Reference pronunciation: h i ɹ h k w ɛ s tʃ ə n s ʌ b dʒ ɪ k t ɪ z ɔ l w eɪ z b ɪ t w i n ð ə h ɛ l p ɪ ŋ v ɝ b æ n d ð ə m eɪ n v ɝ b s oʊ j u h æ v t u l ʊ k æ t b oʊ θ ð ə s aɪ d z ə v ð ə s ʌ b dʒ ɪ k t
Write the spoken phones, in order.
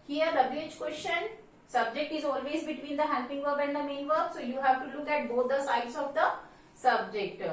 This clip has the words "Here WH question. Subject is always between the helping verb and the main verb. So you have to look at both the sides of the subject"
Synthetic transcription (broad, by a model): h i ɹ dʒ k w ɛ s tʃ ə n s ʌ b dʒ ɪ k t ɪ z ɔ l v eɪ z b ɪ t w i n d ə h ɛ p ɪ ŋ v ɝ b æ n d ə m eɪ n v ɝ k s oʊ j u h æ v t u l ʊ k æ t b oʊ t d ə s aɪ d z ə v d ə s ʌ b dʒ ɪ k t